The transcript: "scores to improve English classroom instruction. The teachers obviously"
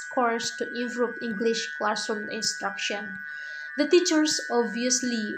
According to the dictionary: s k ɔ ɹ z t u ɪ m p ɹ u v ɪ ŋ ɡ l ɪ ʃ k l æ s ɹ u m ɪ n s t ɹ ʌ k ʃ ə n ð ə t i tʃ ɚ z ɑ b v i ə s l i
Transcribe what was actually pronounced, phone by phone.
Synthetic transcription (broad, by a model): k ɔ ɹ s t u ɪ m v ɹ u p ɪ ŋ ɡ l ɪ ʃ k l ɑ s u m ɪ n s t ɹ ʌ k ʃ ə n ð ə t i tʃ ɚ s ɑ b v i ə s l i